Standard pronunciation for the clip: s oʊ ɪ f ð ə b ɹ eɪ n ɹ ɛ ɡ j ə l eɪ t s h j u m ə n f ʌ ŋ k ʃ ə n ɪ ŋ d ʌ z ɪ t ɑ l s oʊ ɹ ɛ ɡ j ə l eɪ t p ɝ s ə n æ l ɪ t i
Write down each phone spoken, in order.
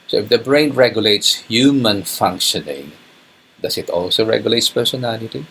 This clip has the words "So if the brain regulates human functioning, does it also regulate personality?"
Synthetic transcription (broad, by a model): s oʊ ɪ f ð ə b ɹ eɪ n ɹ ɛ ɡ j ə l eɪ t s h j u m ə n f ʌ ŋ k ʃ ə n ɪ ŋ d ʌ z ɪ t ɑ l s oʊ ɹ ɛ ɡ j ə l eɪ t p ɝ s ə n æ l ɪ t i